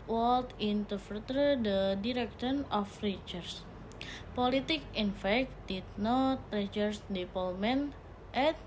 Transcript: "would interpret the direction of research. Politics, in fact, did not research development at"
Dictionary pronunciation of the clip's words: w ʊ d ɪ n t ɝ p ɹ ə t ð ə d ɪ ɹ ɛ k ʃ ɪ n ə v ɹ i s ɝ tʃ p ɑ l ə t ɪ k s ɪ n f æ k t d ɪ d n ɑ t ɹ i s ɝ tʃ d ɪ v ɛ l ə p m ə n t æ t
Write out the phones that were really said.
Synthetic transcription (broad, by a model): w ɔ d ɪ n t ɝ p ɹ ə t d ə d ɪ ɹ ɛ k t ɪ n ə f ɹ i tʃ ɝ s p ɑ l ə t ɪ k ɪ n f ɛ k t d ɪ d n ɑ t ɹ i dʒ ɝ s d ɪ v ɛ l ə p m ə n t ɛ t